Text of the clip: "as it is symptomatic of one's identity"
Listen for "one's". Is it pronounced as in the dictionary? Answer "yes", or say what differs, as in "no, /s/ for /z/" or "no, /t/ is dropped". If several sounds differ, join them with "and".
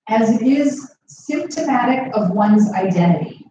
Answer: yes